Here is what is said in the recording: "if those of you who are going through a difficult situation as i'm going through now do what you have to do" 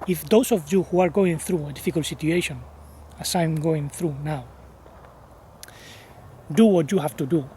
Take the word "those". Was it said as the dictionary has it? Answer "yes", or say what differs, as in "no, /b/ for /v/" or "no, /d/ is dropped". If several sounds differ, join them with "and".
no, /s/ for /z/